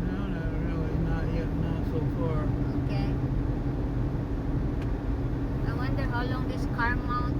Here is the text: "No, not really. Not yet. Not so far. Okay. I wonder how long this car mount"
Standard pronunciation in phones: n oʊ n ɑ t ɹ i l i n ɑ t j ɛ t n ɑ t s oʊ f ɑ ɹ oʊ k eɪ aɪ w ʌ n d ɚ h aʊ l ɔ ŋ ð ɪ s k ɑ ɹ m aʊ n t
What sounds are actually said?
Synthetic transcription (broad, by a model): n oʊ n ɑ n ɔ i n ɑ t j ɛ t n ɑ s oʊ f ɑ ɹ oʊ k eɪ aɪ w ʌ n d ɚ h aʊ l ɔ ŋ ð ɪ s k ɑ ɹ m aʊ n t